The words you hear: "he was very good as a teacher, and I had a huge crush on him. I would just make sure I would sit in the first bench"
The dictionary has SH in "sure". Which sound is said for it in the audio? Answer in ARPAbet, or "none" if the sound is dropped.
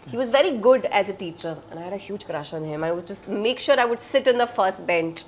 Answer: SH